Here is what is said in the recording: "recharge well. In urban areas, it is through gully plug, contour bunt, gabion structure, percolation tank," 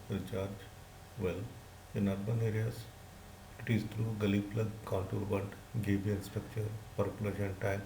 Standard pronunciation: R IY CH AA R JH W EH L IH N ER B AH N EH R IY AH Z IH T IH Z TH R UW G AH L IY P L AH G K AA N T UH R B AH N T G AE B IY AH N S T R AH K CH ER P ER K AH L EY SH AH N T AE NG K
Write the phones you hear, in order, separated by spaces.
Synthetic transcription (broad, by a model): R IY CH AA R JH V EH L IH N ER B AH N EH R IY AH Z IH T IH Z T R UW G AH L IY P L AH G K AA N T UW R B AH N T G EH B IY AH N S T R AH K CH ER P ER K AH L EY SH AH N T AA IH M